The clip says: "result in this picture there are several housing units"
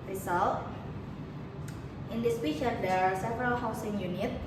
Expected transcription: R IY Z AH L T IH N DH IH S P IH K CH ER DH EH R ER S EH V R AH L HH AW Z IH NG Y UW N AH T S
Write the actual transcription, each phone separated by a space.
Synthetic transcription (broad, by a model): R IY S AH L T IH N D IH S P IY CH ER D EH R S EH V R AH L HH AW S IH NG Y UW N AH T